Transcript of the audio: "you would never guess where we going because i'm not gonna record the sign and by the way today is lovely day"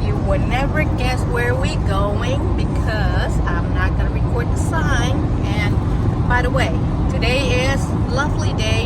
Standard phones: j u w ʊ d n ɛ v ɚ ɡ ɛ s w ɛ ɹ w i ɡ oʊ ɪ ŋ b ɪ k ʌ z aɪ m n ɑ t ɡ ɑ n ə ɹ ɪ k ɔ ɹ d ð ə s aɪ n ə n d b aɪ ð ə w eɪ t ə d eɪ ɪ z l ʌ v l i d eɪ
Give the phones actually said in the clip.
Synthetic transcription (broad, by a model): j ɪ w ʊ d n ɛ v ɚ ɡ ɛ s w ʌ ɹ w i ɡ oʊ ɪ ŋ b ɪ k ʌ z aɪ m n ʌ t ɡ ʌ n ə ɹ ɪ k ɔ ɹ d ð ə s aɪ n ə n b aɪ ð ə w eɪ t ə d eɪ ɪ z l ʌ v l i d eɪ